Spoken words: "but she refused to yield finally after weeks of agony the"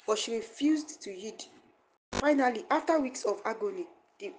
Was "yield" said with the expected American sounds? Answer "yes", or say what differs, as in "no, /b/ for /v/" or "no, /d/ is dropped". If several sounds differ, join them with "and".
no, /l/ is dropped